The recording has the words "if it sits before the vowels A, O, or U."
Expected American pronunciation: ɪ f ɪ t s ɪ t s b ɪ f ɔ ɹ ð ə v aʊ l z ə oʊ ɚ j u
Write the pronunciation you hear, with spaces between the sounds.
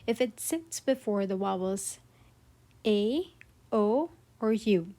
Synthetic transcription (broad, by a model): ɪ f ɪ t s ɪ t s b ɪ f ɔ ɹ ð ə w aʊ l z ə oʊ ɚ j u